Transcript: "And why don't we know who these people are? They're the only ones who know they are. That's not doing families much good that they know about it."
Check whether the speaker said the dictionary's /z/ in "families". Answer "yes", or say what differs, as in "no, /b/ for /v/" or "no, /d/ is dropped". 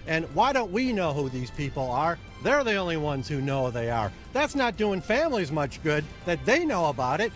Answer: yes